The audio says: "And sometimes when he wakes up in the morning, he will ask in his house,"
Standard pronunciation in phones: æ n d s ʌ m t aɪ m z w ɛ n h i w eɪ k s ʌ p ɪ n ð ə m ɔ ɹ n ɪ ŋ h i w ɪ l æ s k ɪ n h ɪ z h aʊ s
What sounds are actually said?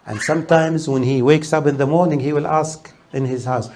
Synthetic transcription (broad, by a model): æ n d s ʌ m t aɪ m z w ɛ n h i w eɪ k s ʌ p ɪ n ð ə m ɔ ɹ n ɪ ŋ h i w ɪ l æ s k ɪ n h ɪ z h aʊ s